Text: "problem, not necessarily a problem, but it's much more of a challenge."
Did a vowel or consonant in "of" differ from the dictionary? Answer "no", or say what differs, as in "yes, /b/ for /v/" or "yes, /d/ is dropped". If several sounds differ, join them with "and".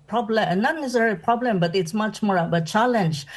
yes, /b/ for /v/